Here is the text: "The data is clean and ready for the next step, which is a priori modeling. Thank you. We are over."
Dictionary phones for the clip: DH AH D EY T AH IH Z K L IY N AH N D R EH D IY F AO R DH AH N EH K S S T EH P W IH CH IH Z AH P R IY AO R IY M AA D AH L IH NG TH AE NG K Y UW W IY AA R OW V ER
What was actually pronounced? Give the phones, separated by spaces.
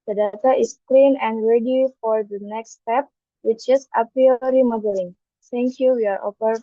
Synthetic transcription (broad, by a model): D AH D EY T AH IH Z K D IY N AH N D R EH D IY F AO R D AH N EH K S S T EH P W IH CH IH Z AH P IY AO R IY M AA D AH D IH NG T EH NG K Y UW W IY AA R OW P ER